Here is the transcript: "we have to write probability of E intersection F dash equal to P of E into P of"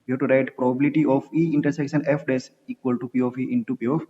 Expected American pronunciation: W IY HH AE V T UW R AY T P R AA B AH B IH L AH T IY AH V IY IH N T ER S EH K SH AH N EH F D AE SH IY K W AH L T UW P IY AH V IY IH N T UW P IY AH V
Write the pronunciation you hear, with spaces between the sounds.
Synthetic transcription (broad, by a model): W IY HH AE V T UW R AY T P R AA B AH B IH L AH T IY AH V IY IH N T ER S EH K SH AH N EH F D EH S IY K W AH L T UW P IY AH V IY IH N T UW P IY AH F